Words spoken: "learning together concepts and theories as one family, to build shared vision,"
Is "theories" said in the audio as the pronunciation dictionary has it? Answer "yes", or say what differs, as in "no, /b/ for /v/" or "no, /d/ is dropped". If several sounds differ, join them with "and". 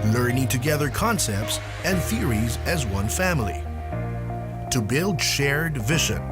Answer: yes